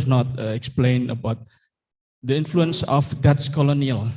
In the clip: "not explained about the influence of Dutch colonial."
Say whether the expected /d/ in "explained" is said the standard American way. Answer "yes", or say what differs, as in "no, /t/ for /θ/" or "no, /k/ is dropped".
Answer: no, /d/ is dropped